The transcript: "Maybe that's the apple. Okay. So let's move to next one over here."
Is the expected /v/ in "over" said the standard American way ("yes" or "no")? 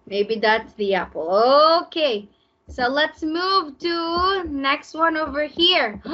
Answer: yes